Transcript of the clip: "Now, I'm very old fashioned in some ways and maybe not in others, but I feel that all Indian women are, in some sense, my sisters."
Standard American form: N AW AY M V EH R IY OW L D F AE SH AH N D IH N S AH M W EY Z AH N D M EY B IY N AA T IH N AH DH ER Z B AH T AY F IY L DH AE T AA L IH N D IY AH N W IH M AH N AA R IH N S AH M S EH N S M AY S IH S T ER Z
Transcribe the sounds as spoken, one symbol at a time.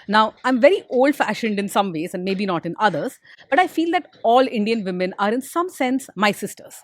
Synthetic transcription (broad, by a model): N AW AY M V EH R IY OW L D F AE SH AH N D IH N S AH M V EY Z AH N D M EY B IY N AA T IH N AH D ER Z B AH T AY F IY L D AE T AA L IH N D IY AH N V IH M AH N AA R IH N S AH M S EH N S M AY S IH S T ER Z